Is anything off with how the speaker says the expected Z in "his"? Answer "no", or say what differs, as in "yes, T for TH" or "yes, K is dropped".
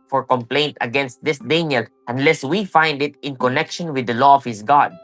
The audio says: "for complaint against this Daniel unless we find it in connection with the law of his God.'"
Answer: yes, S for Z